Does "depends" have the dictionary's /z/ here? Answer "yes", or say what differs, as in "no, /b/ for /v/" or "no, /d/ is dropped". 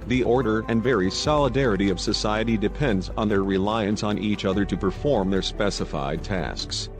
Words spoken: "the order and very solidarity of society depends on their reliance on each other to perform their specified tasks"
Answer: yes